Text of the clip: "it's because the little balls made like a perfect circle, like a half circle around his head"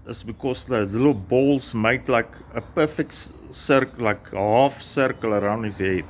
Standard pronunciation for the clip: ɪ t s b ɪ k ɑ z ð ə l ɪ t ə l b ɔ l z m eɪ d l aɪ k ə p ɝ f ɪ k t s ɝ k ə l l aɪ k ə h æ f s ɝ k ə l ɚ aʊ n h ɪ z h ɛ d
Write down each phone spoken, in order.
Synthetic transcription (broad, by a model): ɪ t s b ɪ k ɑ s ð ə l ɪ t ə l b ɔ l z m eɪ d l aɪ k ə p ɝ f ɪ k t s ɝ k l l aɪ k h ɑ f s ɝ k ə l ɚ aʊ n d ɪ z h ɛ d